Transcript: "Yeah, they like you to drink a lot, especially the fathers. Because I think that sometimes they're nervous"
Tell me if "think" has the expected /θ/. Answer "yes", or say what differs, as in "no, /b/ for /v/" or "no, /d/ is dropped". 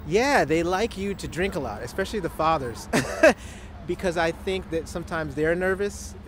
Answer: yes